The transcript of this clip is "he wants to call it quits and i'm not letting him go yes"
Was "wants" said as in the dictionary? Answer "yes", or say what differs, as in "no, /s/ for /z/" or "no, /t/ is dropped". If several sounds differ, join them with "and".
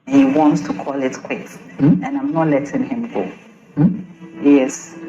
yes